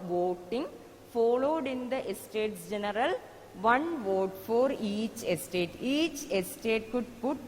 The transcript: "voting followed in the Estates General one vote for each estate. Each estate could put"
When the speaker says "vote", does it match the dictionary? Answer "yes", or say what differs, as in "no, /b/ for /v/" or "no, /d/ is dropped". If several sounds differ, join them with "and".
yes